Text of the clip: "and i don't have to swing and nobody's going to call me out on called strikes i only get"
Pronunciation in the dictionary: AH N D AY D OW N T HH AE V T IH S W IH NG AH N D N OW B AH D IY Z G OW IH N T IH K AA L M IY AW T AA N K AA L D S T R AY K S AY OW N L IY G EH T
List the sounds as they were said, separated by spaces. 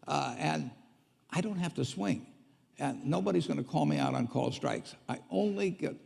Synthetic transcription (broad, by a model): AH N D AY D OW N T HH AE F T IH S W IH NG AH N N OW B AH D IY Z G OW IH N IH K AA L M IY AW T N K AA L S T R AY K S AY OW N L IY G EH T